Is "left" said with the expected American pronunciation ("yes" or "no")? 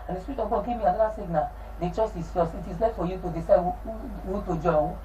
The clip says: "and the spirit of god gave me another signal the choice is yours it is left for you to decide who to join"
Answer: no